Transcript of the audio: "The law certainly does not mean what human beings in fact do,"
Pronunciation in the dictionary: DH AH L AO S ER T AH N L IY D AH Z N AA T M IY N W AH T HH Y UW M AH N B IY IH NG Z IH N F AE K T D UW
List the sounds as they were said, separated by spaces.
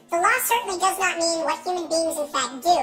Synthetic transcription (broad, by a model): DH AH L AO S ER T N L IY D AH Z N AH T M IY N W AH T HH Y UW M AH N B IY IH NG Z IH N F AE K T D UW